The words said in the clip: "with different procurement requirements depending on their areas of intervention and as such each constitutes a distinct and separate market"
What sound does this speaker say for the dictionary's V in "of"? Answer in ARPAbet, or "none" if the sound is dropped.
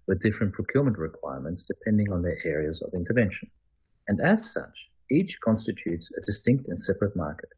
V